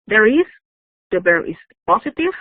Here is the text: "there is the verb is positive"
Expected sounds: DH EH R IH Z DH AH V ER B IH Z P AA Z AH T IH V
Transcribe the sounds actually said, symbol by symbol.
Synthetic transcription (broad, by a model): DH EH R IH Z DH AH B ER IH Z P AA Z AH T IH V